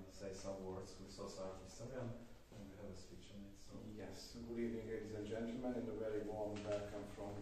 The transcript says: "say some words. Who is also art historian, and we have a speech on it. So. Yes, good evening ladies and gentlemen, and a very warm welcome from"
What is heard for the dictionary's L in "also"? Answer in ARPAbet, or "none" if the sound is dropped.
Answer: none